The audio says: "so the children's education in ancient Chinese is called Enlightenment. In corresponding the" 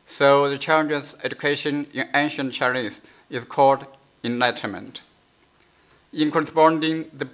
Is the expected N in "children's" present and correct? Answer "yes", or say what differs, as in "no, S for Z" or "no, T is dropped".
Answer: no, N is dropped